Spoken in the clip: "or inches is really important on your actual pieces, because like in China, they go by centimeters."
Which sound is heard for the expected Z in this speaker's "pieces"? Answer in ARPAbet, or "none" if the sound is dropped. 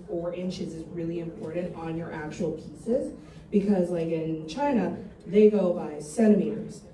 Z